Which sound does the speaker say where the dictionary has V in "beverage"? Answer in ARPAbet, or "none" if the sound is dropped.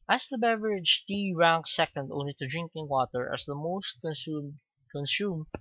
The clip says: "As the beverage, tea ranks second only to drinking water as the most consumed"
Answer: V